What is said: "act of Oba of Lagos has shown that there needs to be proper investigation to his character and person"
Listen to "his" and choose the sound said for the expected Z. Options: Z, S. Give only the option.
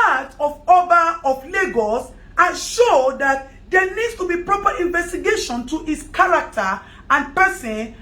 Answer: S